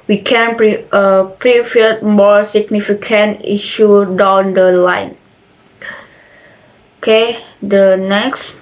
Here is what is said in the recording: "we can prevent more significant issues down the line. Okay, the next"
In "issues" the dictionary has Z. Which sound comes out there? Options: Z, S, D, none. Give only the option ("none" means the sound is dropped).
none